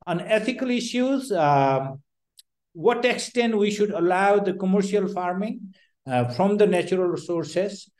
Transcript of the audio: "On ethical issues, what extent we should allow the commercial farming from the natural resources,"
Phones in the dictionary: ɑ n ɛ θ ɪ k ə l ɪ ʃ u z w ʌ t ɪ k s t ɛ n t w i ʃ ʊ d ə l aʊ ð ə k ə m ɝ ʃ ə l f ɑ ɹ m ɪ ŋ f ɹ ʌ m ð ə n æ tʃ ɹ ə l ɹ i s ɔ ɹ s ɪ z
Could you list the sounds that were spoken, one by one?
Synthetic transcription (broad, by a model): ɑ n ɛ t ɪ k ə l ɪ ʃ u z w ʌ t ɪ k s t ɛ n t w i ʃ ʊ d ə l aʊ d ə k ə m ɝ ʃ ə l f ɑ ɹ m ɪ ŋ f ɹ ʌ m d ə n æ tʃ ɹ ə l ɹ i s ɔ ɹ s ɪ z